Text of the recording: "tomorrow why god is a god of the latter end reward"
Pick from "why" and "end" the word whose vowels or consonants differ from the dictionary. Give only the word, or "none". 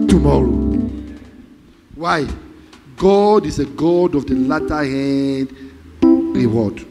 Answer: end